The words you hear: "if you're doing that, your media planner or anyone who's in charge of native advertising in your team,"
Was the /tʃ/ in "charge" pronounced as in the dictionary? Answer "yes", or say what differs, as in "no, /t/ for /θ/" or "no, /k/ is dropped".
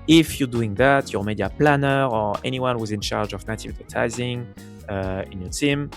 yes